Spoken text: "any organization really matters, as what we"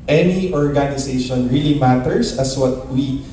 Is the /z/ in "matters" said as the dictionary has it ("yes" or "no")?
no